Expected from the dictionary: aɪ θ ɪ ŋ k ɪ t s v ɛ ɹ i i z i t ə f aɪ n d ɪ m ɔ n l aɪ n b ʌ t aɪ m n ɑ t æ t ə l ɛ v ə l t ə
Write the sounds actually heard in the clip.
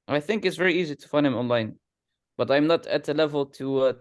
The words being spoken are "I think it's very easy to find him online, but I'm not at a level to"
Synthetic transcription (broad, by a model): aɪ θ ɪ ŋ k ɪ t s v ɛ ɹ i i z i t ə f aɪ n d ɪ m ɔ n l aɪ n b ʌ t aɪ m n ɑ t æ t ə l ɛ v ə l t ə